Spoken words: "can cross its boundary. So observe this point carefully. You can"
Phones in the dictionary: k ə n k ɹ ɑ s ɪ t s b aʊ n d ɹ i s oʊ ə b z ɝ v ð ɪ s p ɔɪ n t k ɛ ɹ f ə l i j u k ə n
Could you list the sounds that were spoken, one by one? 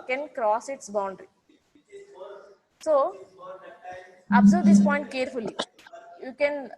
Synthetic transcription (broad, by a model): k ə n k ɹ ɑ s ɪ t s b aʊ n d ɹ i s oʊ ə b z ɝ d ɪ s p ɔɪ n t k ɛ ɹ f ə l i j u k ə n